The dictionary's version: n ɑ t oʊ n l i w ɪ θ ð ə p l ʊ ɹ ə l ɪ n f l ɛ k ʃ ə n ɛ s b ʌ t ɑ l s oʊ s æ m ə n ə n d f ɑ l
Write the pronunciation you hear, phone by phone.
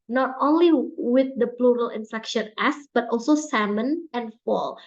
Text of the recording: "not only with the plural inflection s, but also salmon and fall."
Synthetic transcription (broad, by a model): n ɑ t oʊ n l i w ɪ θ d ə p l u ɹ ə l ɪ n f ɛ k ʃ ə n ɛ s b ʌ t ɑ l s oʊ s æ m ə n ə n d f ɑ l